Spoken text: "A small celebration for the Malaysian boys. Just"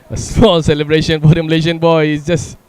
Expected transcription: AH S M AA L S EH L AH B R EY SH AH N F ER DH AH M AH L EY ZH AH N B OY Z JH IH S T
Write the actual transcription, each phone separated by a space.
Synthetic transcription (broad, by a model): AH S AA S EH L AH B R EY SH AH N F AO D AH M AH L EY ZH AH N B OY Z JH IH S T